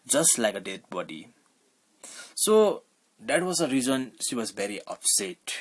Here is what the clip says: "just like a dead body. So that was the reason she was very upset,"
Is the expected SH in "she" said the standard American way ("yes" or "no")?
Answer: yes